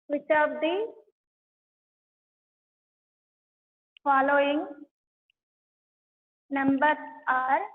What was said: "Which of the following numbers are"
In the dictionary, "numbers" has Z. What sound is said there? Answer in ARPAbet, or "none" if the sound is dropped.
none